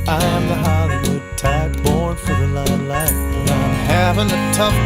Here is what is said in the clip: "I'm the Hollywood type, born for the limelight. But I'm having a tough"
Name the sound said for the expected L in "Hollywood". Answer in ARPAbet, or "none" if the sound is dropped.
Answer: none